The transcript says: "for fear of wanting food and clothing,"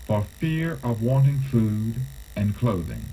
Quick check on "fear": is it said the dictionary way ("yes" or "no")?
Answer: yes